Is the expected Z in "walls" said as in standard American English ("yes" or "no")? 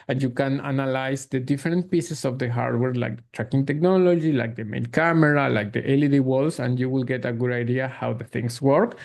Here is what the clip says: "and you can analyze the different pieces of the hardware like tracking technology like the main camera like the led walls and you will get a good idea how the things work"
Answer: no